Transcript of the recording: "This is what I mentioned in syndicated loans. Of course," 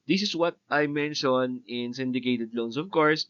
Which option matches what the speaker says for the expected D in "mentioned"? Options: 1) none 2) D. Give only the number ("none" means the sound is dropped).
1